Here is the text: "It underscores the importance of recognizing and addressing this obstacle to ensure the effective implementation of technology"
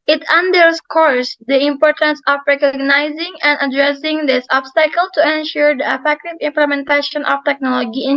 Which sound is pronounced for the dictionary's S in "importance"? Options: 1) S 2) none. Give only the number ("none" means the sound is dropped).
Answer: 1